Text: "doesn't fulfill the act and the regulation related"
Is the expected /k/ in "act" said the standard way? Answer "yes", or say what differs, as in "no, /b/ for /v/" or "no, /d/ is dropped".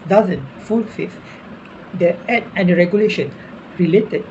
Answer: no, /k/ is dropped